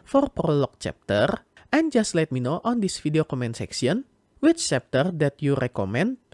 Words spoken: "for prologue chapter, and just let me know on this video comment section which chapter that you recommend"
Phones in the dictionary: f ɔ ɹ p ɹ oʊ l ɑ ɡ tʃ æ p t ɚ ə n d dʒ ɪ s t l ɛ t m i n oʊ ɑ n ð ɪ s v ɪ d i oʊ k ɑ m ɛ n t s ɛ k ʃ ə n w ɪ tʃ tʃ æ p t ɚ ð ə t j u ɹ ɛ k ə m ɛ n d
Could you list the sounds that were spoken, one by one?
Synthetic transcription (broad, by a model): f ɔ ɹ p ɹ oʊ l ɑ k tʃ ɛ p t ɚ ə n dʒ ɪ s t l ɛ t m i n oʊ ɑ n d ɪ s f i d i oʊ k ɑ m ɛ n t s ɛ k s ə n w ɪ tʃ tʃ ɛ p t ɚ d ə t j u ɹ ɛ k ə m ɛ n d